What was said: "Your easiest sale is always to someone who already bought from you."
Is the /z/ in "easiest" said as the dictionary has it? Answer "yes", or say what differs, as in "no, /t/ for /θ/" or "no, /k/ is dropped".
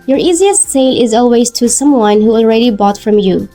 yes